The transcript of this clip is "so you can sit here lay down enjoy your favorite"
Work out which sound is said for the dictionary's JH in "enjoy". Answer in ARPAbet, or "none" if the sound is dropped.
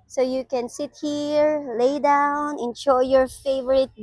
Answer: SH